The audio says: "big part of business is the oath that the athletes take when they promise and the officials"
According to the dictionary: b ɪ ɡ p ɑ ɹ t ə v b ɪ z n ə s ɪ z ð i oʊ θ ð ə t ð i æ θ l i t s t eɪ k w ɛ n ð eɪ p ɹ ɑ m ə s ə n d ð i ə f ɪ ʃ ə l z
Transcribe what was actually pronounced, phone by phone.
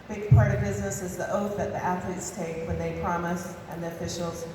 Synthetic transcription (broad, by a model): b ɪ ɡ p ɑ ɹ t ə v b ɪ z n ə s ɪ z ð i oʊ θ ð ə t ð i æ θ l i t s t eɪ k w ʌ n ð eɪ p ɹ ɑ m ə s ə n ð i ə f ɪ ʃ l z